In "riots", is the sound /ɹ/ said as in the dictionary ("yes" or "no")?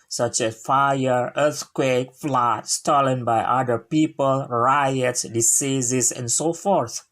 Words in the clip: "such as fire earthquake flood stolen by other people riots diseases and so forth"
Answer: yes